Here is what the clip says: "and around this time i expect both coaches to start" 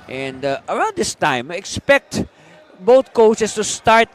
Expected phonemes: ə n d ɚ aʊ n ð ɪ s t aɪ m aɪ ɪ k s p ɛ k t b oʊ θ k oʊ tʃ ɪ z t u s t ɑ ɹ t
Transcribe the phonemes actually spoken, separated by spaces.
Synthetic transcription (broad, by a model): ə n d ɚ aʊ n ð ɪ s t aɪ m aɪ ɪ k s p ɛ k t b oʊ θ k oʊ s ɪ s t u s t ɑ ɹ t